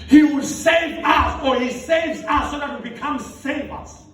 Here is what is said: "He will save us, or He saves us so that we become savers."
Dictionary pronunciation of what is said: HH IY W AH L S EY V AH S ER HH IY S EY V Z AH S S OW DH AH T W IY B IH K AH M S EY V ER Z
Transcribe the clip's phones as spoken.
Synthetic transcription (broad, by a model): HH IY W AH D S EY V AH S ER HH IY S EY V Z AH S S OW DH AH T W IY B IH K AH M S EY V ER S